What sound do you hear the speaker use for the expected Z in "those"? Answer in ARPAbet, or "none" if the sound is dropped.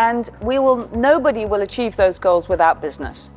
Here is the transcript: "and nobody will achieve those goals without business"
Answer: Z